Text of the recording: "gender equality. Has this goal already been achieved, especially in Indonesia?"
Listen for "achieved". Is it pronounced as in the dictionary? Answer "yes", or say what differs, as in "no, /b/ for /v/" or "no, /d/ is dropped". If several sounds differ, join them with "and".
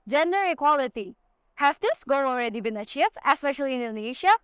no, /d/ is dropped